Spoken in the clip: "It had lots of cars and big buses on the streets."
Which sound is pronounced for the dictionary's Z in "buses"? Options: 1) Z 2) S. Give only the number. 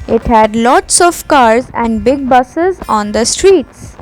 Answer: 1